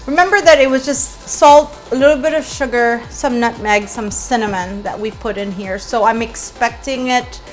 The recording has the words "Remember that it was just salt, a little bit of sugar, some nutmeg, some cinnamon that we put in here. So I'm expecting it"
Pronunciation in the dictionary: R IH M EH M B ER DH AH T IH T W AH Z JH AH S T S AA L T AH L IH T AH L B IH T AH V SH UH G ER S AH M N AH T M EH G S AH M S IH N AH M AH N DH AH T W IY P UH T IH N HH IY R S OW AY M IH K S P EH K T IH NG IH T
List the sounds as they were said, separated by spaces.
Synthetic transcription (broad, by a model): R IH M EH M B ER DH AH T IH T W AH Z JH AH S T S AA L T AH L IH T L B IH T AH V SH UH G ER S AH M N AH T M EH G S AH M S IH N AH M AH N DH AH T W IY P UH T IH N HH IY R S OW AY M IH K S P EH K T IH NG IH T